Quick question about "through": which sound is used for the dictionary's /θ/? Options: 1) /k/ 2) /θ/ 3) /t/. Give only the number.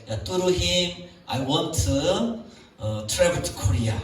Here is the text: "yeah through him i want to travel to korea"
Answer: 3